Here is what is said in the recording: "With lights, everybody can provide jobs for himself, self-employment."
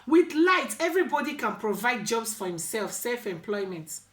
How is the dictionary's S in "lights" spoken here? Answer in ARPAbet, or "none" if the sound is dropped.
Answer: none